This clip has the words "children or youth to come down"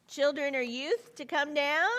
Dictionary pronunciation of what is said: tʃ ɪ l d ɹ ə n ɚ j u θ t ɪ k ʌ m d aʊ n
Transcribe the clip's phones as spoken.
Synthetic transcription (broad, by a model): tʃ ɪ l d ɹ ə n ɚ j u θ t ɪ k ʌ m d aʊ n